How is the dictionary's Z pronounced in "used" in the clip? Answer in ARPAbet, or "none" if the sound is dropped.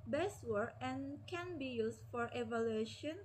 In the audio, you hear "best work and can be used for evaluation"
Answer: S